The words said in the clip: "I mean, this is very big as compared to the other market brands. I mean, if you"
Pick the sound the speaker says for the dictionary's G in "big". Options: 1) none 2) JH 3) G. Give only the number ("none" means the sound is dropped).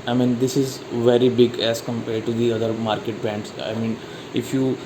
3